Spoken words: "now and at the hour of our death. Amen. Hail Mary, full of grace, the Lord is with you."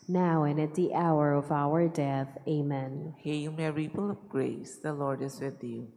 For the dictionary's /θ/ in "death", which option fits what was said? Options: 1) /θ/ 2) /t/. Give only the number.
1